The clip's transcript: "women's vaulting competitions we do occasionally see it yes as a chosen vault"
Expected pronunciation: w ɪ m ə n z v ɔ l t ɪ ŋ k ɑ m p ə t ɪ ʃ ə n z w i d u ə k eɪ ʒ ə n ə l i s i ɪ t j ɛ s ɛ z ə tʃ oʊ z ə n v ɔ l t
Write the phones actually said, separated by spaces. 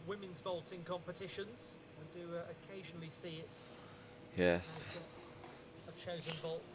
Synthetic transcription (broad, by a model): w ɪ m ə n z v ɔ l t ɪ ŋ k ɑ m p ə t ɪ ʃ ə n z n d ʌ ə k eɪ ʒ ə n ə l i s i ɪ t j ɛ s ə tʃ oʊ z ə n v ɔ l t